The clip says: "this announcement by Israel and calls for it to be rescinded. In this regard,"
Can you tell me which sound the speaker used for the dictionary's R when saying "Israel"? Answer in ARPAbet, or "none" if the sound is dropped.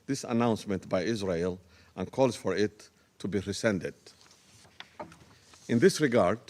R